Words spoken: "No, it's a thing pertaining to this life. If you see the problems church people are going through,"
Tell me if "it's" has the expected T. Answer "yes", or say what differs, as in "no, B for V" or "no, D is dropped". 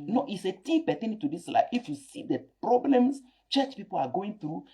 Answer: yes